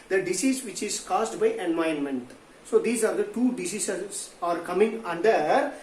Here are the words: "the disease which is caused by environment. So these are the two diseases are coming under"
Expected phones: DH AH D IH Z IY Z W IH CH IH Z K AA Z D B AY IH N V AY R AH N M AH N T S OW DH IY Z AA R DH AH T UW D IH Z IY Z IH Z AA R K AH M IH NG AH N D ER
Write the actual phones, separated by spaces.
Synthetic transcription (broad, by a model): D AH D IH S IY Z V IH CH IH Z K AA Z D B AY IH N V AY AH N M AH N T S OW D IY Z AA R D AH T UW D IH S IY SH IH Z AA R K AH M IH NG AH N D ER